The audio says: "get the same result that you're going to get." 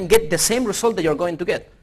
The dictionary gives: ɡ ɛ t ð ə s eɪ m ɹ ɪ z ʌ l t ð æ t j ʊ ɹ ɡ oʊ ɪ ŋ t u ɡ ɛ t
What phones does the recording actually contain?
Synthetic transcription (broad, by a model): ɡ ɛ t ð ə s eɪ m ɹ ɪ s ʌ l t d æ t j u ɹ ɡ oʊ ɪ ŋ t u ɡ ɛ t